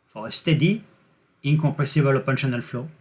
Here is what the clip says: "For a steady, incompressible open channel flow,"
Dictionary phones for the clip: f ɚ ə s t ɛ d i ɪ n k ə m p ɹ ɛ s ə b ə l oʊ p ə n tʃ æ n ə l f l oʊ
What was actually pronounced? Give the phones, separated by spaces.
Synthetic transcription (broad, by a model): f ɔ ə s t ɛ d i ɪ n k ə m p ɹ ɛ s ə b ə l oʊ p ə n ʃ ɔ n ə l f l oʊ